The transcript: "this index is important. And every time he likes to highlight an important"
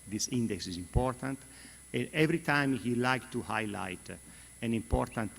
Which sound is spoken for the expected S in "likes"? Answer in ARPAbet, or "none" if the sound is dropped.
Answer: none